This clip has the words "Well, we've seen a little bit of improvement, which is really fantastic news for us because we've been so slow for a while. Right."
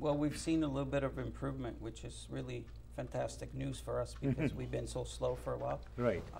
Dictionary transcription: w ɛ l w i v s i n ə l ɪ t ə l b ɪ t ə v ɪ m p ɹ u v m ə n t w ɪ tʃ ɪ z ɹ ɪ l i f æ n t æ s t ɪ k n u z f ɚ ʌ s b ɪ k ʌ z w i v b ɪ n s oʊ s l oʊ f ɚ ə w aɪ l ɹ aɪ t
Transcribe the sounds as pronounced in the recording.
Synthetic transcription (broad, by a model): w ɛ l w i v s i n ə l ɪ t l b ɪ t ə v ɪ m p ɹ u v m ə n t w ɪ tʃ ɪ z ɹ ɪ l i f æ n t æ s t ɪ k n u z f ɚ ʌ s b ɪ k ʌ z w i v b ɪ n s oʊ s l oʊ f ɚ ə w aɪ l ɹ aɪ t